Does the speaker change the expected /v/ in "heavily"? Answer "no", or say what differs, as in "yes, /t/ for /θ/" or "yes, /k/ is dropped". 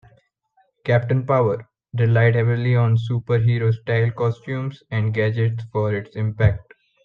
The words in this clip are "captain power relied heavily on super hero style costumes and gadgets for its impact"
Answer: no